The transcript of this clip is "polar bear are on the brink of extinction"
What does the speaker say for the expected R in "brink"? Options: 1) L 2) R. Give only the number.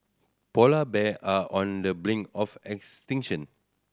1